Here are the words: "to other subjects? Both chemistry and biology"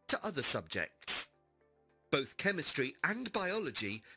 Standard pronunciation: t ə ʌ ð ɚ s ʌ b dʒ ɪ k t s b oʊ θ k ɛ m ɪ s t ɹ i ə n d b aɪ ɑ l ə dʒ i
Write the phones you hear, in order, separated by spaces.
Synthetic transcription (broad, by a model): t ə ʌ ð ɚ s ʌ b dʒ ɪ k t s b oʊ θ k ɛ m ɪ s t ɹ i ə n b aɪ ɑ l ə dʒ i